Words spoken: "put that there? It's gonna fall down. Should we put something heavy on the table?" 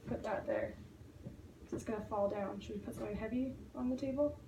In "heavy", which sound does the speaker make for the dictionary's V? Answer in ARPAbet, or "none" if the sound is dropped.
V